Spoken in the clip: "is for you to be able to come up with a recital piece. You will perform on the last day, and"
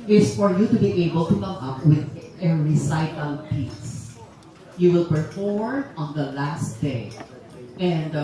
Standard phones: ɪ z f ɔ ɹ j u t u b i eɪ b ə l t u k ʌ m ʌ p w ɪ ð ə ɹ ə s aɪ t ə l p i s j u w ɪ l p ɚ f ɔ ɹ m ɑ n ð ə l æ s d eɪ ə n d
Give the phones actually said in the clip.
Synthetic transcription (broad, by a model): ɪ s f ɔ ɹ j u t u b i eɪ b ə l t u k ʌ m ʌ p w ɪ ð ə ɹ ə s aɪ t ə l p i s j u w ɪ l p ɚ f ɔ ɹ ɑ n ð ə l æ s d eɪ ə n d